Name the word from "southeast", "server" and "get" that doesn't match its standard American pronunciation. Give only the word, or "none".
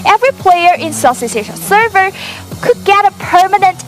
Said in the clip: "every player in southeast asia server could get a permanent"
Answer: southeast